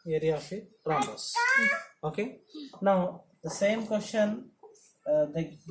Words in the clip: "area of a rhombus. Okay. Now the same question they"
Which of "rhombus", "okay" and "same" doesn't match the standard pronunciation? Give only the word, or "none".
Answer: rhombus